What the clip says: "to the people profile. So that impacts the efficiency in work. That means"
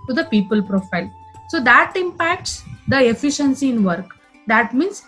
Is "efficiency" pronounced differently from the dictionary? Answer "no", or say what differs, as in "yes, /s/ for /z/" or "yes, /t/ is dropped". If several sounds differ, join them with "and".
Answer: no